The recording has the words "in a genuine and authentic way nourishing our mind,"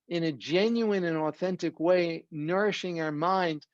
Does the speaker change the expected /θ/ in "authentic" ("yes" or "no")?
no